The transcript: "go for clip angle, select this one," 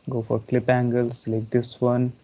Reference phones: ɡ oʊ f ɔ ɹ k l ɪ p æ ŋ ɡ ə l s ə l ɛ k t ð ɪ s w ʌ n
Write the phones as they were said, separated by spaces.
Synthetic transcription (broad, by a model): ɡ oʊ f ɔ ɹ k l ɪ p æ ŋ ɡ ə l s l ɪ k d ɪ s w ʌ n